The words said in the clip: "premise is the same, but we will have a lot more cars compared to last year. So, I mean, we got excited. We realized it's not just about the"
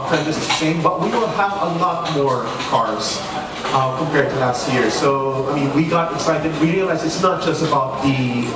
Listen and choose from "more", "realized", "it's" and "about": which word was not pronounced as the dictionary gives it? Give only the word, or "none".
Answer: realized